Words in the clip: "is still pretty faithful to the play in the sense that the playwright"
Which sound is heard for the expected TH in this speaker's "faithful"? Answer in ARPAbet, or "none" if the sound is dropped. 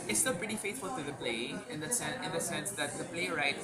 T